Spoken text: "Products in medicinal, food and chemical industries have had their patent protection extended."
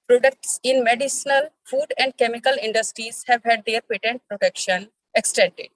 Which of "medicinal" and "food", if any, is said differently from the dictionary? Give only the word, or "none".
none